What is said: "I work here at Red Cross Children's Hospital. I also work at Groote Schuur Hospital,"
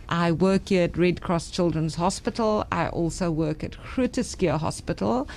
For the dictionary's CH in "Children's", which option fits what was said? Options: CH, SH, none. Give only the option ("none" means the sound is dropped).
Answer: CH